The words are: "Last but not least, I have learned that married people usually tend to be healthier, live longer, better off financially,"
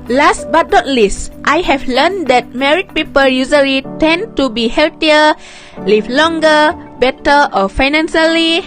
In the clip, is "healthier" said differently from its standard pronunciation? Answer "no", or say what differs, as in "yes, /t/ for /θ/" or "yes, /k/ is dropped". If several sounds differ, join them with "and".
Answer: yes, /t/ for /θ/